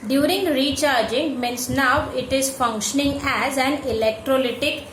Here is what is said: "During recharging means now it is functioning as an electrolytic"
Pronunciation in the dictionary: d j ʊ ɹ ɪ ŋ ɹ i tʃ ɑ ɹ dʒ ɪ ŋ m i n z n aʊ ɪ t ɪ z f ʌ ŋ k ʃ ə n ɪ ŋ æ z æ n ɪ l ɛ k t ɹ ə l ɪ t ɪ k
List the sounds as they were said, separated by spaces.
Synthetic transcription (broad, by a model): d j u ɹ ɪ ŋ ɹ i tʃ ɑ ɹ dʒ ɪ ŋ m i n s n aʊ ɪ t ɪ z f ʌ ŋ k ʃ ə n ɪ ŋ æ z æ n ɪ l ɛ k t ɹ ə l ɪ t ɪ k